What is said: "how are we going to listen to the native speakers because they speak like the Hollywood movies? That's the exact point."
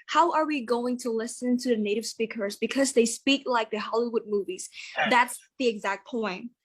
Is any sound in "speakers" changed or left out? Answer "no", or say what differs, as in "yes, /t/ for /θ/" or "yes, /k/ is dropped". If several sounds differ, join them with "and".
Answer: no